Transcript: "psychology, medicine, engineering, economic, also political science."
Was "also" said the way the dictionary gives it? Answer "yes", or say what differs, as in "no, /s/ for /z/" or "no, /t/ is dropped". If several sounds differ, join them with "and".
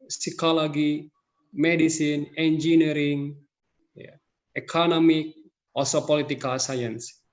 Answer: no, /l/ is dropped